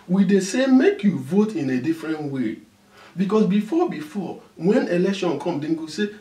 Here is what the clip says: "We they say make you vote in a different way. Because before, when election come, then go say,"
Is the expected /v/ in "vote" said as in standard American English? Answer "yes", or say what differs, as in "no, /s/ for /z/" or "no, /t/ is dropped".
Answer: yes